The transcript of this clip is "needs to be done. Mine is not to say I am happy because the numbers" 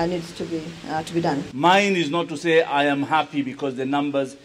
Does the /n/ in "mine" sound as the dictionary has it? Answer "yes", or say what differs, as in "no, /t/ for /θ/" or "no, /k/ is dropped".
yes